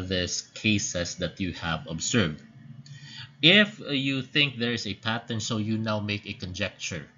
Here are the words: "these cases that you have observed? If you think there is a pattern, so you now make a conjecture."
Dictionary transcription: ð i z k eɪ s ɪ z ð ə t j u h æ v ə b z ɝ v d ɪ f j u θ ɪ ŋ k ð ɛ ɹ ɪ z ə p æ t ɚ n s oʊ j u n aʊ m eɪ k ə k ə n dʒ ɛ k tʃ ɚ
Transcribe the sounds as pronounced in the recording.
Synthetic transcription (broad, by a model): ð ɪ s k eɪ s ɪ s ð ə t j u h æ v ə b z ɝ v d ɪ f j u θ ɪ ŋ k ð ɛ ɹ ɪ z ə p æ t ɚ n s oʊ j u n aʊ m eɪ k ə k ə n dʒ ɛ k tʃ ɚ